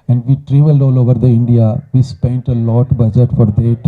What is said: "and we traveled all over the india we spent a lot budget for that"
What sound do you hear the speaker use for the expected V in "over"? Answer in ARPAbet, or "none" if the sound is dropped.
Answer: V